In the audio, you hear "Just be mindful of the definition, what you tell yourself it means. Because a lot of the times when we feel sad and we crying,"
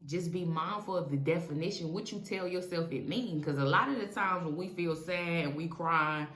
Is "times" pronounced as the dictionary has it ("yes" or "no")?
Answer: yes